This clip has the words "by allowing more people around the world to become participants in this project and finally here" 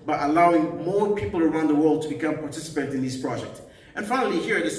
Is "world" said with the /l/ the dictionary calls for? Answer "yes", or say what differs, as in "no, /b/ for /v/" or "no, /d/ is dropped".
yes